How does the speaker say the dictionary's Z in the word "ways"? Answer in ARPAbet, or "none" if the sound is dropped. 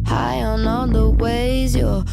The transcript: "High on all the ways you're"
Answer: Z